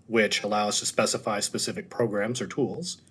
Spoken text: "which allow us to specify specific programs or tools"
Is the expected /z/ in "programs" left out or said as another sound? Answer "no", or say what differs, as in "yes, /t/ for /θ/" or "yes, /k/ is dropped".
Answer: no